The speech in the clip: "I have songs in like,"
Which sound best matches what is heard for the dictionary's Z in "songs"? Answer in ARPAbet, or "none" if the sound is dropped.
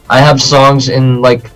Z